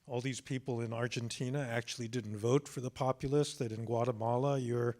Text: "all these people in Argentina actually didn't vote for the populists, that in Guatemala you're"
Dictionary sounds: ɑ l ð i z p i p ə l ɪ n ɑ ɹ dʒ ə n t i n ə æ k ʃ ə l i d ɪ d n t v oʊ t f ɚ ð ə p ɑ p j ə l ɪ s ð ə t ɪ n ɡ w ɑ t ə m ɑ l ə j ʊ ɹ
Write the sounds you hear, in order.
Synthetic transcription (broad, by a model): ɑ l ð i z p i p l ɪ n ɑ ɹ dʒ ə n t i n ə æ k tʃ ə l i d ɪ d n t v oʊ t f ɚ ð ə p ɑ p j l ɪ s ð ə t ɪ n ɡ w ɑ t ə m ɑ l ə j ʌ ɹ